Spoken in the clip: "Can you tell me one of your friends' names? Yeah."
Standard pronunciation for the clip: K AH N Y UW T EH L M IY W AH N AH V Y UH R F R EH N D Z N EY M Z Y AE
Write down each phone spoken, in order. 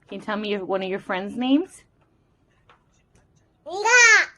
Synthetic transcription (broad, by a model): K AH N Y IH T EH L M IY W AH N AH V Y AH R F R EH N D Z N EY M Z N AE